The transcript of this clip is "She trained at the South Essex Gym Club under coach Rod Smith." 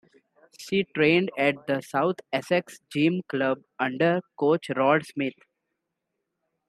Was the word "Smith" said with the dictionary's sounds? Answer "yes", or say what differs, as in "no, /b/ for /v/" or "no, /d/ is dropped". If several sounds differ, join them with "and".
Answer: no, /t/ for /θ/